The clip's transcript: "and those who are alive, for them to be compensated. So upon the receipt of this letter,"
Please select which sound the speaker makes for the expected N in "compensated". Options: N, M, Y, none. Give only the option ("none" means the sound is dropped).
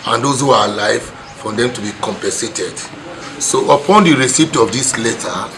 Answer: N